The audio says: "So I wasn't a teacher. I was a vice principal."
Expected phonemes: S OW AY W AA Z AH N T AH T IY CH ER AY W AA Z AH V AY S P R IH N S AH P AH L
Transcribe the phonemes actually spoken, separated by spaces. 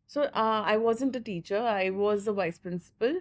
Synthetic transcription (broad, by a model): S OW AY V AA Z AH N T AH T IY CH ER AY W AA Z AH V AY S P R IH N S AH P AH L